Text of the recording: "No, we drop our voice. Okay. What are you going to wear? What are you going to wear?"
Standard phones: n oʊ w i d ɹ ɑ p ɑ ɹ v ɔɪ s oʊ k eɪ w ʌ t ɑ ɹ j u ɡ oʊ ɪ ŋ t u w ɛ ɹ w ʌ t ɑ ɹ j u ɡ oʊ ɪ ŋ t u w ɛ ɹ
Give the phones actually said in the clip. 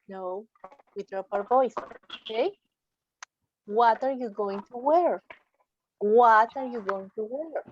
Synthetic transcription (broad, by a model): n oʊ w i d ɹ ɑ p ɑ w v ɔɪ s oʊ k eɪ w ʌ t ɑ ɹ j u ɡ oʊ ɪ ŋ t u w ɛ ɹ w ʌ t ɑ ɹ j u ɡ oʊ ɪ ŋ t u w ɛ ɹ